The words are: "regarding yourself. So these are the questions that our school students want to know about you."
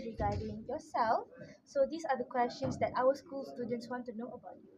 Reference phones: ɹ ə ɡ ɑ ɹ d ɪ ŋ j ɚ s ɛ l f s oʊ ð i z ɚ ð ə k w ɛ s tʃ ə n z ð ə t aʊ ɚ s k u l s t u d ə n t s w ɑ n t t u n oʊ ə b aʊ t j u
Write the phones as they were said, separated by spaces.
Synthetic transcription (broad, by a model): ɹ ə ɡ ɑ d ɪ ŋ j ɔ s ɛ l f s oʊ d i s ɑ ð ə k w ɛ s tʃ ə n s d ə t aʊ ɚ s k u l s t u d ə n t s w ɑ n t t u n oʊ ə b aʊ t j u